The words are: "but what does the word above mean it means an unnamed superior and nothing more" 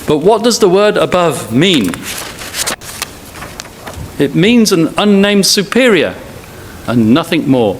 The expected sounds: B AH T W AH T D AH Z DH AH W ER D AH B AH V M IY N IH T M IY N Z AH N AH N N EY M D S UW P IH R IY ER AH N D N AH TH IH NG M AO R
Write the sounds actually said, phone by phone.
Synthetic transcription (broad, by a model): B AH T W AH T D AH Z DH AH W ER D AH B AH V M IY N IH T M IY N Z AH N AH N N EY M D S UW P IH R IY ER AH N N AH TH IH NG M AO R